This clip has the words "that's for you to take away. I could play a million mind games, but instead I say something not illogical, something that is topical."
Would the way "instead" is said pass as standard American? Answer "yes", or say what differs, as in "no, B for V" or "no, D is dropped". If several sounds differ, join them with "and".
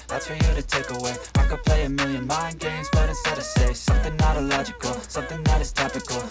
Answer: no, N is dropped